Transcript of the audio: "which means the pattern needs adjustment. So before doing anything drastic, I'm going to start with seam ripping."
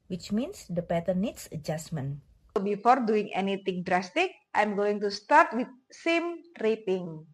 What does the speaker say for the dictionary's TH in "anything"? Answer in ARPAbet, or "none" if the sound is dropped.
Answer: T